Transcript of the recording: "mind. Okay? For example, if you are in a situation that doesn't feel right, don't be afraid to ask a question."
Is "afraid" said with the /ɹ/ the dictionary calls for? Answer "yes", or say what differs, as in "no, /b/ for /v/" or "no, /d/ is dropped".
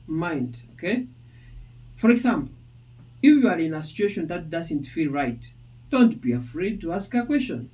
yes